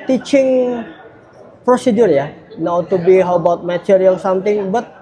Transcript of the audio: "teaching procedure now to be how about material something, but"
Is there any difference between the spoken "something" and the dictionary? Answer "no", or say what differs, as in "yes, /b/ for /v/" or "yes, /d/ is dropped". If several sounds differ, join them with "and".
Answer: yes, /t/ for /θ/